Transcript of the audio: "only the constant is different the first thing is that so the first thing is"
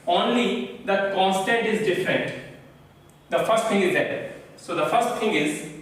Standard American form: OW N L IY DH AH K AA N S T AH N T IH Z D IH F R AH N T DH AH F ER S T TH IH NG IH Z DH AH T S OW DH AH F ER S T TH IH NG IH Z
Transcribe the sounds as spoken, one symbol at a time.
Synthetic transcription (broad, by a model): OW N L IY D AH K AA N S T AH N T IH Z D IH F R AH N T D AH F ER S T T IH NG IH Z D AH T S OW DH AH F ER S T T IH NG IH Z